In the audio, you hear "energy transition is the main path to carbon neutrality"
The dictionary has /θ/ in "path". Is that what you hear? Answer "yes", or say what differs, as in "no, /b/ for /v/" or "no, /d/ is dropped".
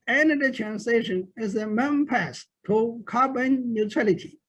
no, /s/ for /θ/